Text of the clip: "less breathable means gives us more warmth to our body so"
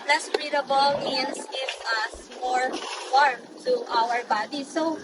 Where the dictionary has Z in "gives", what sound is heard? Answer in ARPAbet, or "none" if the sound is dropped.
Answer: none